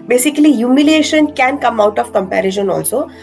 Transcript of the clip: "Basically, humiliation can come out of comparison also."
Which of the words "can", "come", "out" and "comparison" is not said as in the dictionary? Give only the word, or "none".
comparison